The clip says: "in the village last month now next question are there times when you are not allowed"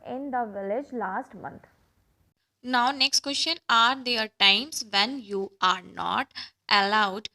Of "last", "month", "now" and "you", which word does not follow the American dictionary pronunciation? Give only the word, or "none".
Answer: month